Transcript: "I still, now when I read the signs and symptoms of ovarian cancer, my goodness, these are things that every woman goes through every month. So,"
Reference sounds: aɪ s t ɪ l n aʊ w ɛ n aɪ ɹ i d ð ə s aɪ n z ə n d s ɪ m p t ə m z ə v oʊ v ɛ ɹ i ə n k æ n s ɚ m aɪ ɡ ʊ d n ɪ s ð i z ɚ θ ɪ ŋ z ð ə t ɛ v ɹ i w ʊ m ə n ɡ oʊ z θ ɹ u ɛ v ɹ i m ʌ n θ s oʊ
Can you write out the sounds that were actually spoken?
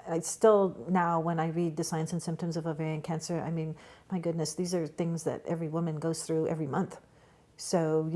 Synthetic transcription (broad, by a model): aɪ s t ɪ l n aʊ w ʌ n aɪ ɹ i d ð ə s aɪ n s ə n s ɪ m p t ə m z ə v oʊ v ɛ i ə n k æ n s ɚ m aɪ ɡ ʊ d n ɪ s ð i z ɚ θ ɪ ŋ z ð ə t ɛ v ɹ i w ʊ m ə n ɡ oʊ z θ ɹ u ɛ v ɹ i m ʌ n θ s oʊ